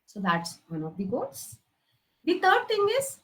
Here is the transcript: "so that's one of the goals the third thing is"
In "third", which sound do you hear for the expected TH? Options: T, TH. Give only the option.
T